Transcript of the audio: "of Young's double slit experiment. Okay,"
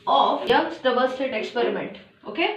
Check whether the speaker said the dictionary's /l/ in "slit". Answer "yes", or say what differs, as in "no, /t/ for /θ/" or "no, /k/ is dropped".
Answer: no, /l/ is dropped